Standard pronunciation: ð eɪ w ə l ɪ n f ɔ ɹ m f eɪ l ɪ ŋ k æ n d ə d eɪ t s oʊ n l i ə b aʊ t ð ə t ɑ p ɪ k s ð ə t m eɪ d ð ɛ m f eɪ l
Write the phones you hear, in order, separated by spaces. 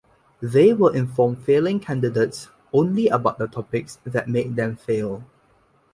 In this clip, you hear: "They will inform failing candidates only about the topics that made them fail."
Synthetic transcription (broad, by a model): ð eɪ w ə l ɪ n f ɔ m f eɪ l ɪ ŋ k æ n d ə d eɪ t s oʊ n l i ə b aʊ t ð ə t ɑ p ɪ k s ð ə t m eɪ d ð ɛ m f eɪ l